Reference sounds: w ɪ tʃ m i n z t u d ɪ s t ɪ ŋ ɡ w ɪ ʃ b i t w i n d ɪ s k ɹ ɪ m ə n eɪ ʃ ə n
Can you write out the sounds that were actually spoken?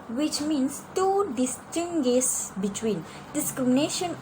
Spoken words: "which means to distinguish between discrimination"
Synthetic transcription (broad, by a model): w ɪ tʃ m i n s t u d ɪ s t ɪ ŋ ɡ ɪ s b i t w i n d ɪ s k ɹ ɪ m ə n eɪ ʃ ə n